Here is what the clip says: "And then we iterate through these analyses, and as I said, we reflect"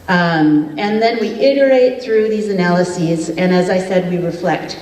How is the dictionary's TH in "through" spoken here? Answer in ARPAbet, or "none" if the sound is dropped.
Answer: TH